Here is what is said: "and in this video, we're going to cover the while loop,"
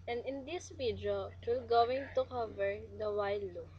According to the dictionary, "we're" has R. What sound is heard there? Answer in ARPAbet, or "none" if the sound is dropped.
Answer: L